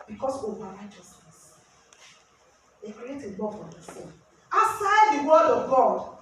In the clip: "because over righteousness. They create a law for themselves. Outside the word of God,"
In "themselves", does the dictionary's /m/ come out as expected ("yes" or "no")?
no